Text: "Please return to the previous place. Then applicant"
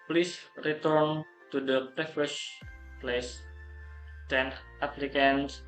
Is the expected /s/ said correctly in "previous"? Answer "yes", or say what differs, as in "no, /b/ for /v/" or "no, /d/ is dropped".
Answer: no, /ʃ/ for /s/